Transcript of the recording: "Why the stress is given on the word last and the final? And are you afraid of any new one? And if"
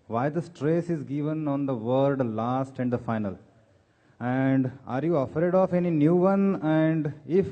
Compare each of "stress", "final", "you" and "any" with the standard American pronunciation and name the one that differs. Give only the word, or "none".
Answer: none